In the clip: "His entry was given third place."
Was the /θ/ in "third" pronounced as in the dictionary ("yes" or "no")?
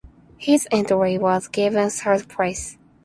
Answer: no